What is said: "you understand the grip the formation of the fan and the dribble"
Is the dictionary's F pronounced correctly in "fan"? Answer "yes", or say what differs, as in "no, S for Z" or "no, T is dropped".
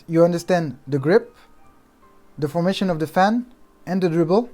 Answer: yes